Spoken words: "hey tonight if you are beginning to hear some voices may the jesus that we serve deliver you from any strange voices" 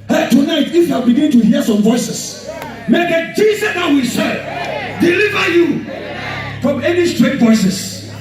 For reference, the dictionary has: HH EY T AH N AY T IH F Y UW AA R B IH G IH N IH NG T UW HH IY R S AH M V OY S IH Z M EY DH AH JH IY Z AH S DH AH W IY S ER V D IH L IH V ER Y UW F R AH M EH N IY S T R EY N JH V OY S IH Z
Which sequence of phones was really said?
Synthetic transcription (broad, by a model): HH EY T AH N AY T IH F Y UW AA L B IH G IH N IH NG T UW HH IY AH S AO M V OY S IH S M EY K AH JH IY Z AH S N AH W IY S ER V D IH L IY V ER Y UW F R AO M EH N IY S T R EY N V OY S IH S